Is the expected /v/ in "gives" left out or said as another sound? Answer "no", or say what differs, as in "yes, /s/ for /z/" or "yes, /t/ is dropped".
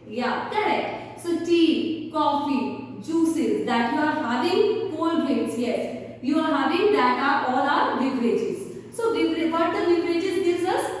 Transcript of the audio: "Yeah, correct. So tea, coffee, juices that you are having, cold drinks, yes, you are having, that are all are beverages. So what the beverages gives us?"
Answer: yes, /v/ is dropped